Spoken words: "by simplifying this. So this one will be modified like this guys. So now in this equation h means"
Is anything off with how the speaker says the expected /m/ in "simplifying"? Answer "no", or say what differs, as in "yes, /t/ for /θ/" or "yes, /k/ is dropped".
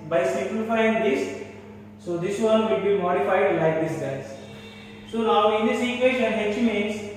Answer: yes, /m/ is dropped